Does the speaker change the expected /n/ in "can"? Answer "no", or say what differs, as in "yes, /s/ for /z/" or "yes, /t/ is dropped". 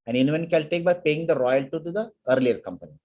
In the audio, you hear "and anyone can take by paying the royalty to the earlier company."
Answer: yes, /l/ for /n/